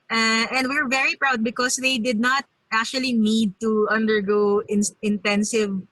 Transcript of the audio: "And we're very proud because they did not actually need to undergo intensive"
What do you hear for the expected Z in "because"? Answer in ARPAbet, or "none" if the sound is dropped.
S